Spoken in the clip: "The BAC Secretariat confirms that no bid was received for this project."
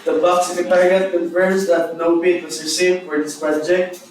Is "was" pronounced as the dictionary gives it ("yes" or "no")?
no